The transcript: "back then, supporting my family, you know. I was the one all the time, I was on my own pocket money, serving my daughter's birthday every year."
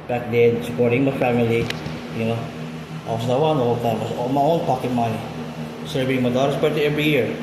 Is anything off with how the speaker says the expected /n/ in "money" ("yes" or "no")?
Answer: yes